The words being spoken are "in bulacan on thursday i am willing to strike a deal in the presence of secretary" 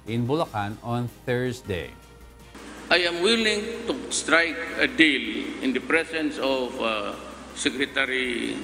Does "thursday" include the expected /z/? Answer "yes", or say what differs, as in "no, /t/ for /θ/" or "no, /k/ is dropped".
no, /s/ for /z/